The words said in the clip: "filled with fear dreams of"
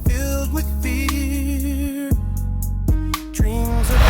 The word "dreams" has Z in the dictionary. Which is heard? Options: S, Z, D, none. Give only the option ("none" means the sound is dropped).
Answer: Z